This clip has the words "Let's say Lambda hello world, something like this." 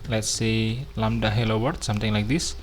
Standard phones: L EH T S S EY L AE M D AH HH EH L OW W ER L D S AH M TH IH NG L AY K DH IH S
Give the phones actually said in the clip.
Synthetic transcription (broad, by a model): L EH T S S EY L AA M D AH HH EH L OW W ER D S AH M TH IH NG L AY K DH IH S